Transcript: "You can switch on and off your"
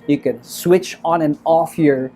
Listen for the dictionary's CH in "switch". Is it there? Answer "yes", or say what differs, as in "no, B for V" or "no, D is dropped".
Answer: yes